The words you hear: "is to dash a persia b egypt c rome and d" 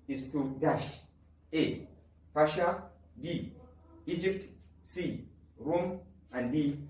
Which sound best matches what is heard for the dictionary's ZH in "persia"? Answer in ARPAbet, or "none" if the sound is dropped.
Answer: SH